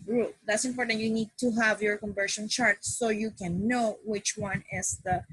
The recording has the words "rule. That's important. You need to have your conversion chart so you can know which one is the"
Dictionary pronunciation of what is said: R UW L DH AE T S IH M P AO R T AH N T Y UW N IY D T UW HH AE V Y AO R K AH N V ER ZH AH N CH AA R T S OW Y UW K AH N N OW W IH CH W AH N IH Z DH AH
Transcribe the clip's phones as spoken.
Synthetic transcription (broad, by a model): R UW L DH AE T S IH M P AO R T AH N T Y UW N IY D T UW HH AE V Y AO R K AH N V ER SH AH N CH AA R T S OW Y UW K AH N N OW W IH CH W AH N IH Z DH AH